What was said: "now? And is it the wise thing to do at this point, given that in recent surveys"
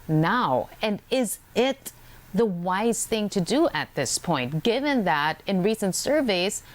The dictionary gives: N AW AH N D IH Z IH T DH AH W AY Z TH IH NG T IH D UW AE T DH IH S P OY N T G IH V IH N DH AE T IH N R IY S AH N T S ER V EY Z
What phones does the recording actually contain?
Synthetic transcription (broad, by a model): N AW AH N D IH Z IH T DH AH W AY Z TH IH NG T IH D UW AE T DH IH S P OY N T G IH V IH N DH AE T IH N R IY S AH N T S ER V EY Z